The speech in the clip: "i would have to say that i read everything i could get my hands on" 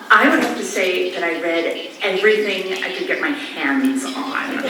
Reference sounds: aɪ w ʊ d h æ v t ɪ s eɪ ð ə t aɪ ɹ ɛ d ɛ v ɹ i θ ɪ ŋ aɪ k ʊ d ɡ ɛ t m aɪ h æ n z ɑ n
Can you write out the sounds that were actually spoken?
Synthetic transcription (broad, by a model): aɪ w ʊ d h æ f t ɪ s eɪ ð ə t aɪ ɹ ɛ d ɛ v ɹ i θ ɪ ŋ aɪ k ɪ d ɡ ɛ t m aɪ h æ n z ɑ n